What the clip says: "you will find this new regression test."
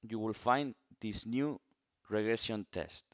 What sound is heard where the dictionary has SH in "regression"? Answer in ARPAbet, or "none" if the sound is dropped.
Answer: S